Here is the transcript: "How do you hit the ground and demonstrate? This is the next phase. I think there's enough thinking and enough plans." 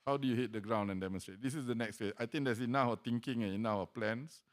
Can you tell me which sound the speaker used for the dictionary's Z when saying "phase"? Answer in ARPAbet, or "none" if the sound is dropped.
none